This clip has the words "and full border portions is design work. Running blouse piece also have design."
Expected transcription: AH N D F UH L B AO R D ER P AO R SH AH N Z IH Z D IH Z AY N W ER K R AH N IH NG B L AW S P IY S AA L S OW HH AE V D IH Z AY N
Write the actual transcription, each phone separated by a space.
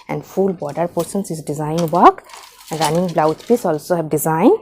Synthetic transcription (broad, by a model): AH N D F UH L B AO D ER P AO R S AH N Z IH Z D IH Z AY N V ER K R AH N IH NG B L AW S P IY S AA L S OW HH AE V D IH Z AY N